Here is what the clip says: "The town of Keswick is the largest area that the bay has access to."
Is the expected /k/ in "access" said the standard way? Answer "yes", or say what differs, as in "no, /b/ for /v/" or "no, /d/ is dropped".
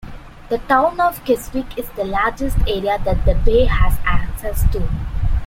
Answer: yes